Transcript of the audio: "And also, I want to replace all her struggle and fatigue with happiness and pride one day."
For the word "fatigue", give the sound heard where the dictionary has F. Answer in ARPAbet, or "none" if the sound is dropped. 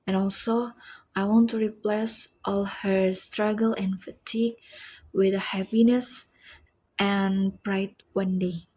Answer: F